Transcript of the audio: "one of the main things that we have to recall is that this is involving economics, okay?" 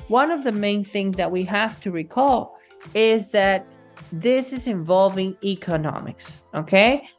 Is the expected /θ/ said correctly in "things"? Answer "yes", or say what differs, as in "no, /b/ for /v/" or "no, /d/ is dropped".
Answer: yes